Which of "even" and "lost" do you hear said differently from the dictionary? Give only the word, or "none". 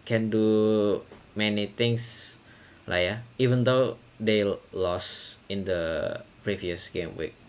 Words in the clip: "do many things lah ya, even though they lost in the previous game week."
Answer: lost